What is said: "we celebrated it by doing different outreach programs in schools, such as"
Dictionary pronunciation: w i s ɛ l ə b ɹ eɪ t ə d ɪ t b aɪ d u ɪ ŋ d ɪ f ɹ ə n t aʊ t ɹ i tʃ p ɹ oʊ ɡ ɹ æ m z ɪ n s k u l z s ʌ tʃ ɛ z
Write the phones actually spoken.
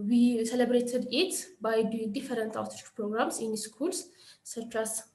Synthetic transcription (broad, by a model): w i s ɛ l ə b ɹ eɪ t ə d ɪ t b aɪ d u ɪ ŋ d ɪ f ɹ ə n t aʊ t ɔ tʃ p ɹ oʊ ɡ ɹ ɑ m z ɪ n s k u l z s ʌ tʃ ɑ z